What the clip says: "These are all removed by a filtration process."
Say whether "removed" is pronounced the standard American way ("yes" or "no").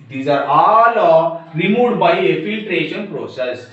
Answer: no